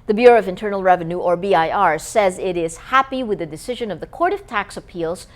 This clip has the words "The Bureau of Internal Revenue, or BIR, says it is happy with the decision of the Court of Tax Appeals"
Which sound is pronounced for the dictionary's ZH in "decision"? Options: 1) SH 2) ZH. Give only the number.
2